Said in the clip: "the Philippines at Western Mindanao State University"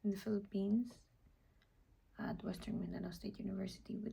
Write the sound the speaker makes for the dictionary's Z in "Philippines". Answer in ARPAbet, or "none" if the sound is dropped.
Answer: S